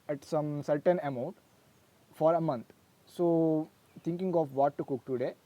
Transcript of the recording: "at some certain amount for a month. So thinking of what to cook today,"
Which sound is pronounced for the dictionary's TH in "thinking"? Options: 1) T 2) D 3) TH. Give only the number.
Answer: 1